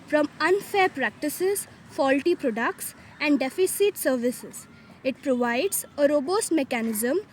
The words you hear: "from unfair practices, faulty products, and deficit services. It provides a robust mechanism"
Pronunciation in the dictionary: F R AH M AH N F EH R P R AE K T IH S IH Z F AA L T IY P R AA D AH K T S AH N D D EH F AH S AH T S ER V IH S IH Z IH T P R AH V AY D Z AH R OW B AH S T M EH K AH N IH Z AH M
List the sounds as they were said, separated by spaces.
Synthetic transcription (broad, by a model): F R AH M AH N F EH R P R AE K T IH S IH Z F AA L T IY P R AA D AH K T S AH N D D EH F AH S AH T S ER V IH S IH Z IH T P R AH V AY D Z AH R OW B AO S T M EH K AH N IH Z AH M